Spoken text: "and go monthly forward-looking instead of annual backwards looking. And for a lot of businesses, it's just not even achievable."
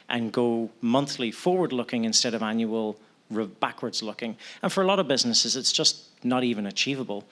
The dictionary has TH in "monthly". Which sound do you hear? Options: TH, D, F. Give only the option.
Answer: TH